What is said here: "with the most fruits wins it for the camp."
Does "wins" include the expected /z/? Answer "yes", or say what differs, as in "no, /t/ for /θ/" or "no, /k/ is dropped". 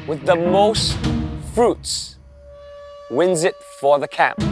yes